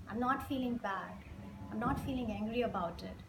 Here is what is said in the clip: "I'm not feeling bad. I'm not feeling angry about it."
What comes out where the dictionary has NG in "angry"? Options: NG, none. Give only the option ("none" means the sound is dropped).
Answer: NG